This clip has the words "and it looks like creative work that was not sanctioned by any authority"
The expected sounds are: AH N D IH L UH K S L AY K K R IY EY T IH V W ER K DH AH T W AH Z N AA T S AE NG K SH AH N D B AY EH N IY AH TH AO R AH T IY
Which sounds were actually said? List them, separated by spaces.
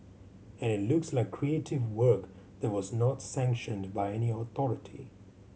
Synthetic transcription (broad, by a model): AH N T L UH K S L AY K K R IY EY T IH V W ER K DH AH T W AH Z N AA T S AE NG K SH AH N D B AY EH N IY AH TH AO R AH T IY